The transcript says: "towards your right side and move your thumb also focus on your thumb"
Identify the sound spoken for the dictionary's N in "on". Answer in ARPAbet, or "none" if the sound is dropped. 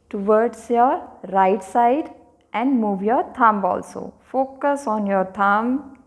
N